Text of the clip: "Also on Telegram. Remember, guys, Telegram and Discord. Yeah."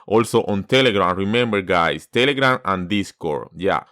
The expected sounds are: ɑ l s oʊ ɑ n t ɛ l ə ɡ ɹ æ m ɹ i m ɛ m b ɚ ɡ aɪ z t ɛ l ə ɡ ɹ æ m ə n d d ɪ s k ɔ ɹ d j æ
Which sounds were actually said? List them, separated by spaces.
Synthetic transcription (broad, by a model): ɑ l s oʊ ɑ n t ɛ l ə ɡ ɹ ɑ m ɹ i m ɛ m b ɚ ɡ aɪ s t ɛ l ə ɡ ɹ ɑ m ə n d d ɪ s k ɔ ɹ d j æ